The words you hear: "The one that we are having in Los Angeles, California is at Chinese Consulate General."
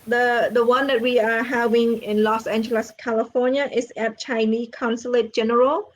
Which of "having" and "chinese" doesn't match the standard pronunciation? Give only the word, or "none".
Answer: chinese